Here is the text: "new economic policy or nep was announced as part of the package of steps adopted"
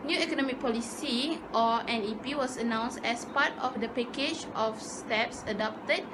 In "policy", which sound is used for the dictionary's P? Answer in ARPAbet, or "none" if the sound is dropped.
P